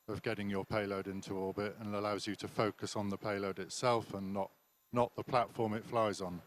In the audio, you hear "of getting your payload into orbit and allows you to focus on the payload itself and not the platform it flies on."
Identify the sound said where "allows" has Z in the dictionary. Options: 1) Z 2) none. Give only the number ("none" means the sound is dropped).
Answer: 1